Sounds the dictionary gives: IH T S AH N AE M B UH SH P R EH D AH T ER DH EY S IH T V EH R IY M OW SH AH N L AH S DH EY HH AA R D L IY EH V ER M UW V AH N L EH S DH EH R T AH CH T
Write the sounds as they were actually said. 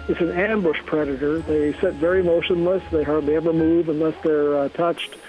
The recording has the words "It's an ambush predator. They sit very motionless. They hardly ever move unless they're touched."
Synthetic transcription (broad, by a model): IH T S AH N AE M B UH SH P R EH D AH T ER DH EY S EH T V EH R IY M OW SH AH N L AH S DH EY HH AA R D L IY EH V ER M UW V AH N L EH S DH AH R T AH CH T